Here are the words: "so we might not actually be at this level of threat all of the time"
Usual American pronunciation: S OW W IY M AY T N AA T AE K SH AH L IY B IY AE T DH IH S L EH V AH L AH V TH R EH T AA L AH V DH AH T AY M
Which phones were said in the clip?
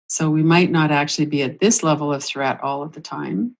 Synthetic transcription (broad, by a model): S OW W IY M AY T N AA T AE K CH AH L IY B IY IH T DH IH S L EH V L AH V TH R EH T AA L AH V DH AH T AY M